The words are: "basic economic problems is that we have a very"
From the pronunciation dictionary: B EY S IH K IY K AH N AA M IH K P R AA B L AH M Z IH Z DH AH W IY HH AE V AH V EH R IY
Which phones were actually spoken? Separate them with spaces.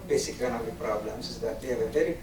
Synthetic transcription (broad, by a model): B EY S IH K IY AH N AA IH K P R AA B L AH M S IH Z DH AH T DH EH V AH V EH R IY